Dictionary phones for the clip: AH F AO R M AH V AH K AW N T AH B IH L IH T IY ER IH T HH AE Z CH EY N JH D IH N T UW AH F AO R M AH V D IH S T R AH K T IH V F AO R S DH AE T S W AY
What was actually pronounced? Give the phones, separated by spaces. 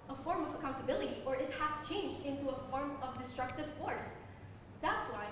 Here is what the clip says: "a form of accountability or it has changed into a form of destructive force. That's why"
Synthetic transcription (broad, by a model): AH F AO R M AH V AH K AW N T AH B IH L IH T IY ER IH T HH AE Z CH EY N JH D IH N T UW AH F AO R M AH V D IH S T R AH K T IH V F AO R S DH AE T S W AY